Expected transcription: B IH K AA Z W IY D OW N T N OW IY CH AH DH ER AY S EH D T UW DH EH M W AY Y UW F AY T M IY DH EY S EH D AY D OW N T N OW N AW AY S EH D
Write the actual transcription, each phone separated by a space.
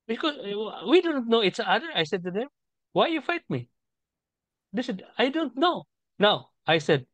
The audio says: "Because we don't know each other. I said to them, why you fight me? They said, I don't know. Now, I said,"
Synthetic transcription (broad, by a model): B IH K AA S W IY D OW N T N OW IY S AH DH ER AY S EH D T UW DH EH M W AY Y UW F AY T M IY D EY S EH D AY D OW N T N OW N AW AY S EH D